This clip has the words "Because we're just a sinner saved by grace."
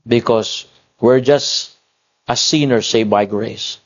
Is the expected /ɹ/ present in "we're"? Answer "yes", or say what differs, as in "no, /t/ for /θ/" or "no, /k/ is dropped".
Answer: yes